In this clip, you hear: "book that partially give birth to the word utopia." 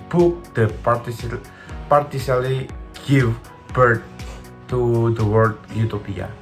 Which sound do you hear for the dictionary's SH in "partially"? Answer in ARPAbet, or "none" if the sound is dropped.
S